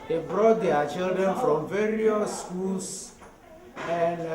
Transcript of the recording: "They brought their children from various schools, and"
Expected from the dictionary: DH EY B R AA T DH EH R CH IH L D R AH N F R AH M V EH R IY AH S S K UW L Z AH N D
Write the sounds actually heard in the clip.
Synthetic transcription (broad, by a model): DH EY B R AA T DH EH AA CH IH L D R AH N F R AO M V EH R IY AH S S K UW L S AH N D